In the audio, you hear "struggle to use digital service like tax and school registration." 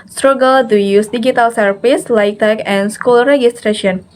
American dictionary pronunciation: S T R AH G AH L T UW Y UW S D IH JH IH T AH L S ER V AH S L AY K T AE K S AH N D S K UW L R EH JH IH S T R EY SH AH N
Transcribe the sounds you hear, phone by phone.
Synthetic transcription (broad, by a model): S T R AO G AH L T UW Y UW S D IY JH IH T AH L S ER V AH S L AY K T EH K AH N S K UW L R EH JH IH S T R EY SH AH N